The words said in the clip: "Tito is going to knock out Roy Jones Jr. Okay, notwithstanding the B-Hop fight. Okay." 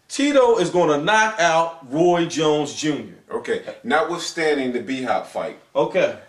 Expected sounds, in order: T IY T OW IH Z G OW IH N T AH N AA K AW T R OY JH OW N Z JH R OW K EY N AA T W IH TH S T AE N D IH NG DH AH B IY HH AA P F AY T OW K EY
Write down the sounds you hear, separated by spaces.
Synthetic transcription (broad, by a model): T IY T OW IH Z G OW IH N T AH N AA K AW T R OY JH OW N Z JH R OW K EY N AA W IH S T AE N D IH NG DH AH B IY HH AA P F AY T OW K EY